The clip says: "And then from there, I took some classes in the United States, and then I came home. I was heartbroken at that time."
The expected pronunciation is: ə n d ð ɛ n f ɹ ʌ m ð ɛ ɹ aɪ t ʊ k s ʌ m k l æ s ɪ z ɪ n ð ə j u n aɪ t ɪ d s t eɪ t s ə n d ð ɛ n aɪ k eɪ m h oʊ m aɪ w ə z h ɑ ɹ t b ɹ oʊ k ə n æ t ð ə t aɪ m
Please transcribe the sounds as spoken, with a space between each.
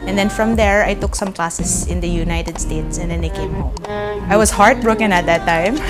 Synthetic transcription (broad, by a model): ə n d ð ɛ n f ɹ ʌ m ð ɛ ɹ aɪ t ʊ k s ʌ m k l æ s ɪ s ɪ n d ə j u n aɪ t ɪ d s t eɪ t s ə n d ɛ n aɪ k eɪ m h oʊ m aɪ w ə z h ɑ ɹ t b ɹ oʊ k ə n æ t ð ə t aɪ m